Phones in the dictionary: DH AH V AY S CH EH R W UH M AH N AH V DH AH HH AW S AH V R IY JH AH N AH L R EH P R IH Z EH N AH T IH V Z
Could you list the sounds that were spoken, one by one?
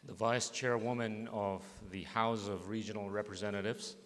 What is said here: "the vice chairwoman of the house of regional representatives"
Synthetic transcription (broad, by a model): DH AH V AY S CH EH R W UH M AH N AH V DH AH HH AW S AH V R IY JH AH N L R EH P R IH Z EH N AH T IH V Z